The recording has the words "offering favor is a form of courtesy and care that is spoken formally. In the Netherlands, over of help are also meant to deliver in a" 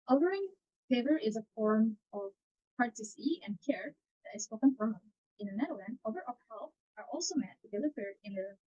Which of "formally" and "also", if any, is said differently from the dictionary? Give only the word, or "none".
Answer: formally